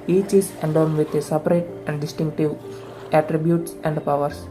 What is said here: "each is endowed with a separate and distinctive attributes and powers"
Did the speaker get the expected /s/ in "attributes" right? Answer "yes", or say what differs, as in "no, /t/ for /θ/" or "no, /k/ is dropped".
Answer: yes